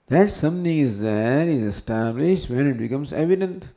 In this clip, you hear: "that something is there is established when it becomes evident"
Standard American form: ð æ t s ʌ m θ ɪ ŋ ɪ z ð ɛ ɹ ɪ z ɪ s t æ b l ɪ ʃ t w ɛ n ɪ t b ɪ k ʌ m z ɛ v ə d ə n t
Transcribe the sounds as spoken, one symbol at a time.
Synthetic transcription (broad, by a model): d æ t s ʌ m t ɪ ŋ ɪ z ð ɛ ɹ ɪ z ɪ s t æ b l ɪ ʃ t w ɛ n ɪ t b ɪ k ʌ m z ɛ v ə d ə n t